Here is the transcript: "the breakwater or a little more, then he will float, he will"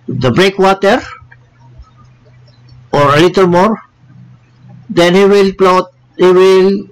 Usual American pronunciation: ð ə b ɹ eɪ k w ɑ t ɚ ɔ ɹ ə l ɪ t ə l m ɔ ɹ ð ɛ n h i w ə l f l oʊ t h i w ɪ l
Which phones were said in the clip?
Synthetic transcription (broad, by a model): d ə b ɹ eɪ k w ɑ t ɚ ɔ ɹ ə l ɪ t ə l m ɔ ɹ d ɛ n h i w ə l p l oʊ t h i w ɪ l